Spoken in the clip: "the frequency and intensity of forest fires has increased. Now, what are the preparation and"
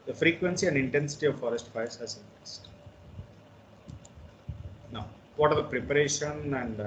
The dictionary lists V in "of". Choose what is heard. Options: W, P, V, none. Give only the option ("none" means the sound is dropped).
V